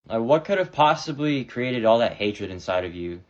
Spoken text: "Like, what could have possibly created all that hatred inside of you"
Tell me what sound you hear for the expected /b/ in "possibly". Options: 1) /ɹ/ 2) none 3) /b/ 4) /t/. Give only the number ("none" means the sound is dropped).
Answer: 3